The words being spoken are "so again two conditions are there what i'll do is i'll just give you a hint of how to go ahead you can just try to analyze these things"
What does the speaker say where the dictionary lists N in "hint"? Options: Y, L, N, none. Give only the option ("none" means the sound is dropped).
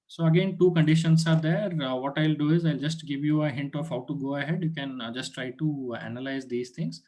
N